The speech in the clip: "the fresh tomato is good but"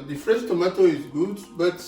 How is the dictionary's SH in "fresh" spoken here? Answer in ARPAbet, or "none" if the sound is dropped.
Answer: S